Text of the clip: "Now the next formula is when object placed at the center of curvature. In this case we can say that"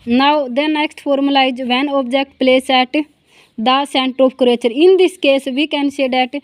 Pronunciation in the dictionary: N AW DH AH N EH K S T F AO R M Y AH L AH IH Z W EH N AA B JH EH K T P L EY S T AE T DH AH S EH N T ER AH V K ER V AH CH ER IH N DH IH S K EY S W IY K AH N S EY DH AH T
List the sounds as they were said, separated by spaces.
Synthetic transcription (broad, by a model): N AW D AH N EH K S T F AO R M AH L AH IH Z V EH N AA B JH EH K T P L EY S EH T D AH S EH N T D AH P K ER AH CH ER IH N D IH S K EY S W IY K AH N S EY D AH T